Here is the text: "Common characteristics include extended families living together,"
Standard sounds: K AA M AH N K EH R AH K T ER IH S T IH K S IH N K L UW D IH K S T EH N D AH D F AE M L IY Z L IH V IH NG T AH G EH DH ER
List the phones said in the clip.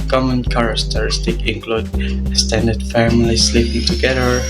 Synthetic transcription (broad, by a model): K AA M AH N K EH R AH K T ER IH S T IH K IH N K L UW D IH S T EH N D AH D F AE M L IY S L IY P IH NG T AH G EH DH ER